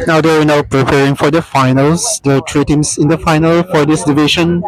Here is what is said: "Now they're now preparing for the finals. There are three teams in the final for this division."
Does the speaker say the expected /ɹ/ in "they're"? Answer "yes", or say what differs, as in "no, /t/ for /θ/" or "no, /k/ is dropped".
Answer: no, /w/ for /ɹ/